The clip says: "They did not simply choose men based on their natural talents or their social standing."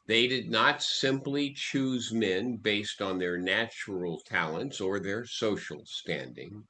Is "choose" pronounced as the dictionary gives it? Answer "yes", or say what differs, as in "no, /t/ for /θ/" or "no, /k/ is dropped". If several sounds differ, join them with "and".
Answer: yes